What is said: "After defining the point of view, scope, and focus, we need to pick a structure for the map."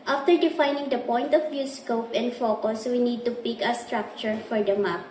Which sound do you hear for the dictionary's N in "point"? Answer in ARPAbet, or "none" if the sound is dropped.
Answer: N